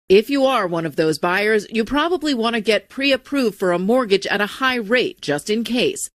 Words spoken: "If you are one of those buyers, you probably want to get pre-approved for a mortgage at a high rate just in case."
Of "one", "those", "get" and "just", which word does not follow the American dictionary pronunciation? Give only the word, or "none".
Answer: none